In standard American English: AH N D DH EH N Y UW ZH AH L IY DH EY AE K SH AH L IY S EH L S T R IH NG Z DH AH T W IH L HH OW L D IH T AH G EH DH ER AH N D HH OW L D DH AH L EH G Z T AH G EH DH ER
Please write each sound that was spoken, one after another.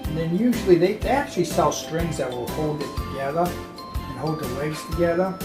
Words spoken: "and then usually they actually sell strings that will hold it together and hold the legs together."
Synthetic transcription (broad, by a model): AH N DH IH N Y UW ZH L IY DH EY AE K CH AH L IY S EH L S T R IH NG Z DH AH T W IH L HH OW L D IH T AH G EH DH ER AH N HH OW L D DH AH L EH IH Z T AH G EH DH ER